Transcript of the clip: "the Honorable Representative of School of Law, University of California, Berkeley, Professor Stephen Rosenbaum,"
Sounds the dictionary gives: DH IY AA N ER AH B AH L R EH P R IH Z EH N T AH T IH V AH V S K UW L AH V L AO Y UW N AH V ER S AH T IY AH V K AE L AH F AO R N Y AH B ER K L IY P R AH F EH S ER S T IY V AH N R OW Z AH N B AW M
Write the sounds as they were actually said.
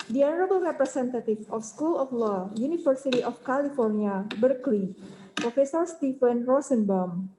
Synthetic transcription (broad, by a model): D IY AA N ER AH B AH L R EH P R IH S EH N T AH T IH F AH F S K UW L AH F L AO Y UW N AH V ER S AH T IY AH F K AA L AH F AO R N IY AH B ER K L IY P R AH F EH S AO S T IY F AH N R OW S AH N B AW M